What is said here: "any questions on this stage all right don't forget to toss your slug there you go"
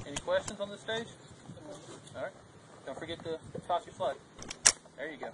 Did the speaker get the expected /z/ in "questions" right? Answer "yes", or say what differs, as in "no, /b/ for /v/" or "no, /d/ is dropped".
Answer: yes